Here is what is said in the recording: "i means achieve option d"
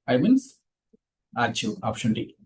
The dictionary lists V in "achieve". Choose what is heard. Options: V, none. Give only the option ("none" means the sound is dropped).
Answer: none